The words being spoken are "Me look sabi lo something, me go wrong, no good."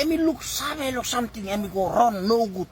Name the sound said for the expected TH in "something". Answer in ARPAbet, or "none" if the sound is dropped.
T